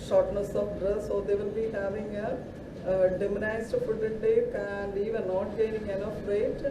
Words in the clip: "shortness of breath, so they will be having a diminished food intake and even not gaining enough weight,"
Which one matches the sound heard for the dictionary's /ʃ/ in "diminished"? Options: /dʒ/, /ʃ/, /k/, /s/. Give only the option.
/s/